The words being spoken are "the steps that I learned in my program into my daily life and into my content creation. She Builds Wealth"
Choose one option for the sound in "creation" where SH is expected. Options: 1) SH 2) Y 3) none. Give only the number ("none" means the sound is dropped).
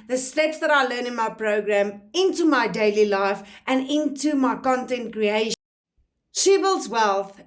3